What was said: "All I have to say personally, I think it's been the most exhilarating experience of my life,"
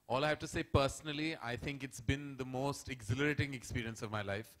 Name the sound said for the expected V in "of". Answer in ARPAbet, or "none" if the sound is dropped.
V